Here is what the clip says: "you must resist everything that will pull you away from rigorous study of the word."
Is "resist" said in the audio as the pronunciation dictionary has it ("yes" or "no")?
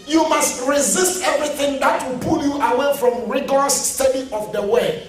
yes